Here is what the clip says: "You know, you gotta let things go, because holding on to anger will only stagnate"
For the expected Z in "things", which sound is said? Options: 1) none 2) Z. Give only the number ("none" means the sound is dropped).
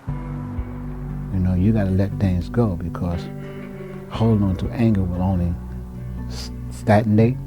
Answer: 2